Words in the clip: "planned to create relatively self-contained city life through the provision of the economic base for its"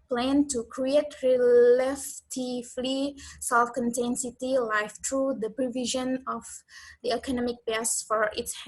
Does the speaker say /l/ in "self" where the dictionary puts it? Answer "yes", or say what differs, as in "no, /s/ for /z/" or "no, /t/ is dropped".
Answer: yes